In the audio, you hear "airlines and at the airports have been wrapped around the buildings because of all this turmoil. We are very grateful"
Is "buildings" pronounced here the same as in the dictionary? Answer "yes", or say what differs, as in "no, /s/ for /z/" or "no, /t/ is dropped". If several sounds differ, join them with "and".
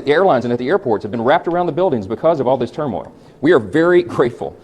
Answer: yes